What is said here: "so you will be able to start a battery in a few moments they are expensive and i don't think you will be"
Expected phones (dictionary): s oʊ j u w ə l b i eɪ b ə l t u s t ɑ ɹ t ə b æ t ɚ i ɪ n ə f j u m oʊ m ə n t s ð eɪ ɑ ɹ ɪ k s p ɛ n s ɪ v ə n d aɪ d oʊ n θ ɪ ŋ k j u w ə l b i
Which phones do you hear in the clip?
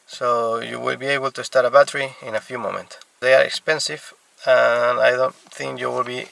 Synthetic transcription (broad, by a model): s oʊ j u w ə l b i eɪ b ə l t u s t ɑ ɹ t ə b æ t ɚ i ɪ n ə f j u m oʊ m ə n t s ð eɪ ɑ ɹ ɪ k s p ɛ n s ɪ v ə n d aɪ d oʊ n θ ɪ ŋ k j u w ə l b i